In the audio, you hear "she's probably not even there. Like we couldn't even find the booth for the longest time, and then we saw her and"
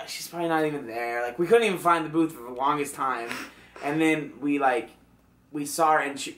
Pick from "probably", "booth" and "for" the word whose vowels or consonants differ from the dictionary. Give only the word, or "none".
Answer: none